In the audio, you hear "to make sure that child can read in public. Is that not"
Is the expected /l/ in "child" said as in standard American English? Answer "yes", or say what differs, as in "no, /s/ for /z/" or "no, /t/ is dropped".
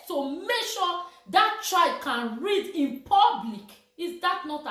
no, /l/ is dropped